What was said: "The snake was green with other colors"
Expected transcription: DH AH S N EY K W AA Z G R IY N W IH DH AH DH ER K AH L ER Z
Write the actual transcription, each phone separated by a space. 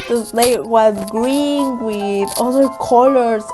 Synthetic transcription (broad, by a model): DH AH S L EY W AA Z G R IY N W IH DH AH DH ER K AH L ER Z